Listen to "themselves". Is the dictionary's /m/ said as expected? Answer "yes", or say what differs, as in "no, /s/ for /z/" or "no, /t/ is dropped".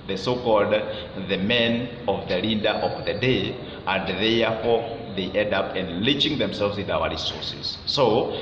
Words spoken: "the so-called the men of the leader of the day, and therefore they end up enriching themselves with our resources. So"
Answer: yes